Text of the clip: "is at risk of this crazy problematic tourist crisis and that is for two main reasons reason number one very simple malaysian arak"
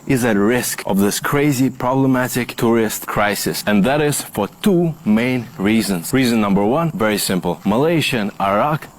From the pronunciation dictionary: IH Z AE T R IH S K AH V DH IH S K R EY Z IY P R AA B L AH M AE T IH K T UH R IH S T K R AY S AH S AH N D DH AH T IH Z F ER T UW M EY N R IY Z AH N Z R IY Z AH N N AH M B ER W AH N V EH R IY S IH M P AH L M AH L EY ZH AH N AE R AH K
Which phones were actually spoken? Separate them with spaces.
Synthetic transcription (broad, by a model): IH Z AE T R IH S K AH V DH IH S K R EY Z IY P R AA B L AH M AE T IH K T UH R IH S T K R AY S AH S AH N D DH AH T IH Z F ER T UW M EY N R IY Z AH N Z R IY Z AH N N AH M B ER W AH N V EH R IY S IH M P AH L M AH L EY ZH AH N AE R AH K